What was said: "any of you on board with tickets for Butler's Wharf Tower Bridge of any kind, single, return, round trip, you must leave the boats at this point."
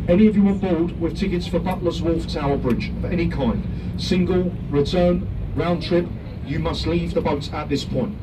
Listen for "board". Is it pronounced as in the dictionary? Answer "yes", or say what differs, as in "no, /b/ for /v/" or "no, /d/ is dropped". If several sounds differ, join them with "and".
no, /l/ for /ɹ/